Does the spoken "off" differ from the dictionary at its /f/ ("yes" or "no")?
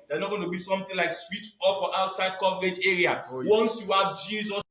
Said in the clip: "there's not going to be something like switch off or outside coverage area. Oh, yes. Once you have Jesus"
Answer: yes